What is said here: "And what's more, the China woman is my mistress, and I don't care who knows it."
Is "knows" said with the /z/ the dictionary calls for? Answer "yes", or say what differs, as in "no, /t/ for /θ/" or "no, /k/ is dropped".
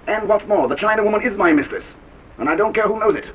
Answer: yes